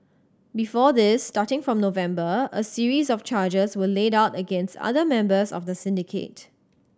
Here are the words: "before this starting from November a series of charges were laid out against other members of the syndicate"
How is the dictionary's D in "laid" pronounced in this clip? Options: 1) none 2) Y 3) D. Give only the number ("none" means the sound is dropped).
3